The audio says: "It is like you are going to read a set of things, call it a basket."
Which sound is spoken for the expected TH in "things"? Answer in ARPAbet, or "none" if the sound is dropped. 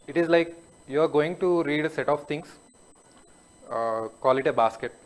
T